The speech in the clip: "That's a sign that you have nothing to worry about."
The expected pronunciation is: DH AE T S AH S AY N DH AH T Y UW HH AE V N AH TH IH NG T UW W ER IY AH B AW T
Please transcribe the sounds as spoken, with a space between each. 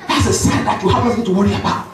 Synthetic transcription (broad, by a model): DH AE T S AH S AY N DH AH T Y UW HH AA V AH S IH T UW W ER IY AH B AW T